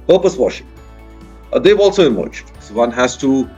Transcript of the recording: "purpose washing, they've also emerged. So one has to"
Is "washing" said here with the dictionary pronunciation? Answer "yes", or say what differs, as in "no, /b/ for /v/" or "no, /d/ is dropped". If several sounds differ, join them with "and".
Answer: yes